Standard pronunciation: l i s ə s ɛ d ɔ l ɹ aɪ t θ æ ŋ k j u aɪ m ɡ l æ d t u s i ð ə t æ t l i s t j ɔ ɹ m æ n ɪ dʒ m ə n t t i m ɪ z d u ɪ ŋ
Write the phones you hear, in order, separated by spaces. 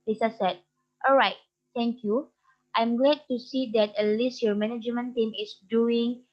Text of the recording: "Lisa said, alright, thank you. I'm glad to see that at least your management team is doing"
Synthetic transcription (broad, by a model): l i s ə s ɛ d ɔ l ɹ aɪ t t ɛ ŋ k j u aɪ m ɡ l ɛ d t u s i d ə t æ t l i s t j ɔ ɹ m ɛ n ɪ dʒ m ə n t t i m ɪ s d u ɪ ŋ